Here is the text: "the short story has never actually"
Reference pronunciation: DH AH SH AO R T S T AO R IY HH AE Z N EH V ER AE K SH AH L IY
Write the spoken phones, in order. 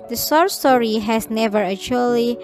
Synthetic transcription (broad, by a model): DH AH S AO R S T AO R IY HH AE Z N EH V ER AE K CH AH L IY